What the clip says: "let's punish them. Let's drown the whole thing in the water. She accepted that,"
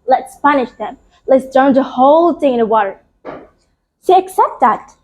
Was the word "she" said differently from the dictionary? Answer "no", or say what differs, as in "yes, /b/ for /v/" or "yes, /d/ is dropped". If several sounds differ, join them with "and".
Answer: yes, /s/ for /ʃ/